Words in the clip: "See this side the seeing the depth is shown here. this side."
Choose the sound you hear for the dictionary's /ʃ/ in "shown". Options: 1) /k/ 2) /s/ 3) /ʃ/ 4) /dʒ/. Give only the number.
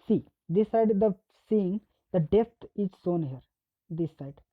2